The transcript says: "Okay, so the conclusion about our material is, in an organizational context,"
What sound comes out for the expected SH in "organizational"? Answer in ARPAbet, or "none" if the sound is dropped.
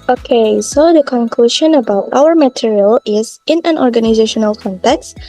SH